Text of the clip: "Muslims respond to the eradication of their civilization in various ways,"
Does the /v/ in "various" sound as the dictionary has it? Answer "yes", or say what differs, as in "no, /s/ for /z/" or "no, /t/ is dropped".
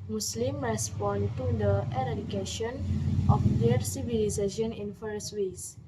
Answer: no, /f/ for /v/